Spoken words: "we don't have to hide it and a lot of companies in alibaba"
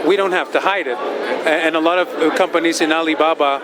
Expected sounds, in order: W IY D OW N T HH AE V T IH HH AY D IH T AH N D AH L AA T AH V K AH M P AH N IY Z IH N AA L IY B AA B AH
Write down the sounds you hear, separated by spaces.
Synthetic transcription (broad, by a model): W IY D OW N T HH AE F T IH HH AY D IH T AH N AH L AA T AH V K AH M P AH N IY Z IH N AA L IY B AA B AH